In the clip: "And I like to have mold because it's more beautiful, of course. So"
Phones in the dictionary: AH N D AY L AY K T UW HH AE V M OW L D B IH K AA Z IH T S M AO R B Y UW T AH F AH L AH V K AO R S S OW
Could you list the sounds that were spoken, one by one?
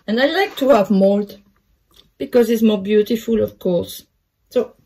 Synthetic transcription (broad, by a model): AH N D AY L AY K T UW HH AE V M OW L D B IH K AA Z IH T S M AO R B Y UW T AH F AH L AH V K AO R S S OW